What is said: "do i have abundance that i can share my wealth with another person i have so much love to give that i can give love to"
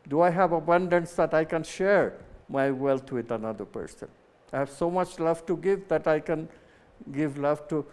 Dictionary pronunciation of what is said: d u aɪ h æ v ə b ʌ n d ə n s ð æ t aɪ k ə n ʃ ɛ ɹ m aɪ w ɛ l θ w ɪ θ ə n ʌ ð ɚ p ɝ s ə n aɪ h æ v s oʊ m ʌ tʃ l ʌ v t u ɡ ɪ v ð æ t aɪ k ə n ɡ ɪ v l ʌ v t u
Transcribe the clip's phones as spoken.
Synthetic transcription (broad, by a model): d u aɪ h æ v ə b ʌ n d ə n s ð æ t aɪ k ə n ʃ ɛ ɹ m aɪ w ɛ l t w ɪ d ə n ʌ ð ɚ p ɝ s ə n aɪ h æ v s oʊ m ʌ tʃ l ʌ v t u ɡ ɪ v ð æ t aɪ k ə n ɡ ɪ v l ʌ v t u